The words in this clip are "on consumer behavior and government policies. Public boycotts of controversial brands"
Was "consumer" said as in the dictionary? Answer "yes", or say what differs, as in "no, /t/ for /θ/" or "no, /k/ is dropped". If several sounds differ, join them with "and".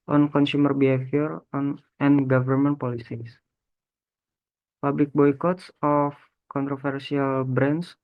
yes